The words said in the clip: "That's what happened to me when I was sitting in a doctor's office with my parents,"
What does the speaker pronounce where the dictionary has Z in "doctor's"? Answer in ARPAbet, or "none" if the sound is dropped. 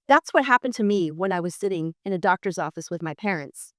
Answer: Z